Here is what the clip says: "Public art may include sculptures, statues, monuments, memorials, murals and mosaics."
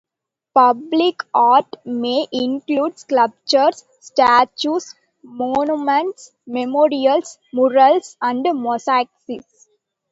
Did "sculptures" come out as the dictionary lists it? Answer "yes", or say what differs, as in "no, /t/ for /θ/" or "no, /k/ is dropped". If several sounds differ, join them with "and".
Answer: no, /l/ is dropped